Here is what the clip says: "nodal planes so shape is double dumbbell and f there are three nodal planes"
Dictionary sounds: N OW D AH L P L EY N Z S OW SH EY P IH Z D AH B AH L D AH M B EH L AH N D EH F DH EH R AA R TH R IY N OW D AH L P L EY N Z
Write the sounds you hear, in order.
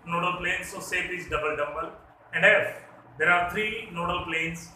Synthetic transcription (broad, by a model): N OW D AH L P L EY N S OW S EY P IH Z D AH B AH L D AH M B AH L AH N D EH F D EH R AA R T R IY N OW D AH L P L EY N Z